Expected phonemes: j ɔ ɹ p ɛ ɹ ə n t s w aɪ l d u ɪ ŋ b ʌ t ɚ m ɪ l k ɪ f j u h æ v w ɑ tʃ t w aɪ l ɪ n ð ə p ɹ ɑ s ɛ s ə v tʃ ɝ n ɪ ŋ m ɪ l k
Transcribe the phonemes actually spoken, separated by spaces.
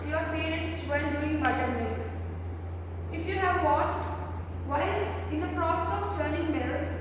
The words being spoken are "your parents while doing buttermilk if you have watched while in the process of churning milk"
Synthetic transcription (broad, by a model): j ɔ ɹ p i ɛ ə t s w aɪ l d u ɪ ŋ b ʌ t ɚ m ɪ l ɪ f j u h æ v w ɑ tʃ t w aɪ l ɪ n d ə p ɹ ɑ s ɛ s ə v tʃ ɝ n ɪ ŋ m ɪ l